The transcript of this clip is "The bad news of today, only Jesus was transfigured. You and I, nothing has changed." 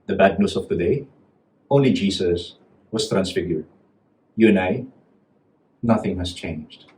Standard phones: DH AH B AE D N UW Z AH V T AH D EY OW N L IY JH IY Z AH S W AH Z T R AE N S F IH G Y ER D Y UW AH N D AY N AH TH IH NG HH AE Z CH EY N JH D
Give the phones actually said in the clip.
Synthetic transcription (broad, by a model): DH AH B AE D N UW S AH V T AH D EY OW N L IY JH IY S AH S W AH S T R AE N S F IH G Y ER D Y UW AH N AY N AH TH IH NG HH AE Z CH EY N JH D